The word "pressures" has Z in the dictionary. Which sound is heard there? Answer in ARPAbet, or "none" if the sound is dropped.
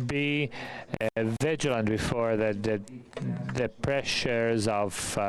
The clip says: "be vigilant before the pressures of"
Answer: Z